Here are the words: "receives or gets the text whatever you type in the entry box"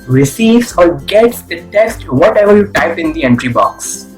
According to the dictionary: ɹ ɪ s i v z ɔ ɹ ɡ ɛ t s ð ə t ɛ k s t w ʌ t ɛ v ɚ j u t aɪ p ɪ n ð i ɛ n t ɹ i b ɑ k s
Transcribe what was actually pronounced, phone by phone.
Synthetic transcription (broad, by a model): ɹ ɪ s i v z ɔ ɹ ɡ ɛ t s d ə t ɛ k s t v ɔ t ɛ v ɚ j u t aɪ p ɪ n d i ɛ n t ɹ i b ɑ k s